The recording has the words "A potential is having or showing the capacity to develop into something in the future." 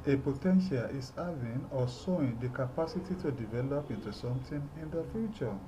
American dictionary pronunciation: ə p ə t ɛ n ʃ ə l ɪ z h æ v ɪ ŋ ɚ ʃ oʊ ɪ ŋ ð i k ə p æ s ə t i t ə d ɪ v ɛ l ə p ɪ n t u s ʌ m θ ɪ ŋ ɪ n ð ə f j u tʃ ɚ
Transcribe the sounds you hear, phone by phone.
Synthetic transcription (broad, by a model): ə p ə t ɛ n ʃ ə l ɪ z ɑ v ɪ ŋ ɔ s oʊ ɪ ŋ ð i k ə p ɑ s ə t i t ə d ɪ v ɛ l ə p ɪ n t u s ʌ m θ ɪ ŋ ɪ n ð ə f j u tʃ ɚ